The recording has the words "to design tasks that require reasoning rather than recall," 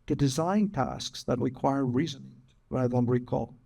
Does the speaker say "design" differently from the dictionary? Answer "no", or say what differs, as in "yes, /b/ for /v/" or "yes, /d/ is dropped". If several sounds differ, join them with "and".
no